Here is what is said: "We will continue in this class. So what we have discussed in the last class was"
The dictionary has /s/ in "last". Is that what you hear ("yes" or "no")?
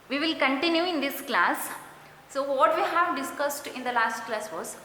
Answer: yes